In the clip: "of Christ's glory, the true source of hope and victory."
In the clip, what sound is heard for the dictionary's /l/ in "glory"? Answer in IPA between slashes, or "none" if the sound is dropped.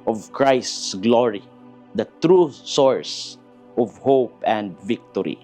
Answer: /l/